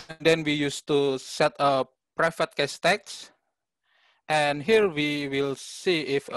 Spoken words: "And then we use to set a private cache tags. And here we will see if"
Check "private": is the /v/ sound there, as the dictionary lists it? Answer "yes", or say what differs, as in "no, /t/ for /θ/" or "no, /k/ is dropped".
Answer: no, /f/ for /v/